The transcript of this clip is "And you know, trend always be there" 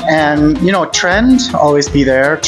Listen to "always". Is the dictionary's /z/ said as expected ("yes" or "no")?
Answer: yes